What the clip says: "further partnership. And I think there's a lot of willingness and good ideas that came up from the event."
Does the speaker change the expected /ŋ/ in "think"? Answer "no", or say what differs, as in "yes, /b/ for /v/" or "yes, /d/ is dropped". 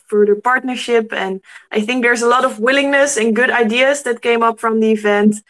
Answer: no